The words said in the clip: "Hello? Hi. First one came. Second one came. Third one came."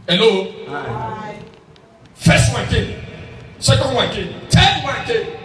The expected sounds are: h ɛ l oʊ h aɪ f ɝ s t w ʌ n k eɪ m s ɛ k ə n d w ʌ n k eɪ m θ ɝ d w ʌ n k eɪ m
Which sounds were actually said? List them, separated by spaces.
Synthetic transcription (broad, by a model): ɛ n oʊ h f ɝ s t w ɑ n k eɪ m s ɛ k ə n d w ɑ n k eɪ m t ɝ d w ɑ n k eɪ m